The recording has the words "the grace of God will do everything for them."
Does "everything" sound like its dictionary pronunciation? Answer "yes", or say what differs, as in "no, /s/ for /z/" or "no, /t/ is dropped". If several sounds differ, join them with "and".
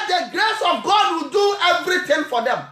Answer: no, /t/ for /θ/